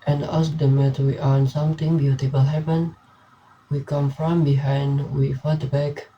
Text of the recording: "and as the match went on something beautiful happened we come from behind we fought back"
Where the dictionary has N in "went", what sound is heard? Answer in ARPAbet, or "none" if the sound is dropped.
none